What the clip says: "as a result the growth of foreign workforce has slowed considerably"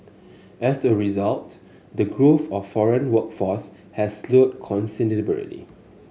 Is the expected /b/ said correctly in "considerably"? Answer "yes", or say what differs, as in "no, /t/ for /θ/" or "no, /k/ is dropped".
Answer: no, /b/ is dropped